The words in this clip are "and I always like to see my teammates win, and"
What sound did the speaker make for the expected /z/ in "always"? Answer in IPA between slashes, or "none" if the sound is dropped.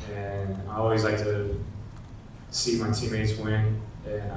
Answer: /z/